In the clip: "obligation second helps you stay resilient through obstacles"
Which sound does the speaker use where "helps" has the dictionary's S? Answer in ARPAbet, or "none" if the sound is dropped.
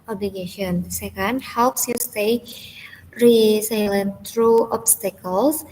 S